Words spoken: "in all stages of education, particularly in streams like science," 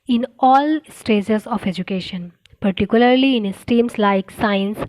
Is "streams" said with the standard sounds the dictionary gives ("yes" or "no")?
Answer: no